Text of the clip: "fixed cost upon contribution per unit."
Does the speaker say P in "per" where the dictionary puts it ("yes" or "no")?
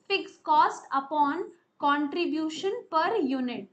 yes